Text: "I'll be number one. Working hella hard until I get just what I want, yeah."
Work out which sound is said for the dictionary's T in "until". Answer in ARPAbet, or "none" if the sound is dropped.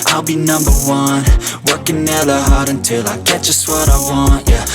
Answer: T